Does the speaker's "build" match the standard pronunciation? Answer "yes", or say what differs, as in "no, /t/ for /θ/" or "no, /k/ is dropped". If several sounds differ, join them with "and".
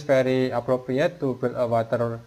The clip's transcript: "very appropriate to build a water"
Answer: no, /d/ is dropped